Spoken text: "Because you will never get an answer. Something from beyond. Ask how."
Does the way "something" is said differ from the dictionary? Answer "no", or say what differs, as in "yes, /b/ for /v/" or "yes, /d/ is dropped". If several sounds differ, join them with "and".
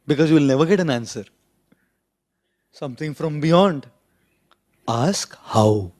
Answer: yes, /t/ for /θ/